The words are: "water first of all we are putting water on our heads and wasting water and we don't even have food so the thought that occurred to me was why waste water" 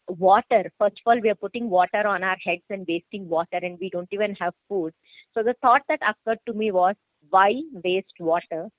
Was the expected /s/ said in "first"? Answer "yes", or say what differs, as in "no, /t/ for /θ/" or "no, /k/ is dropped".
yes